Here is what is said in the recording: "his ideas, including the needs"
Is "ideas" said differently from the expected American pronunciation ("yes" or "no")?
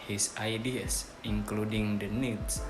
yes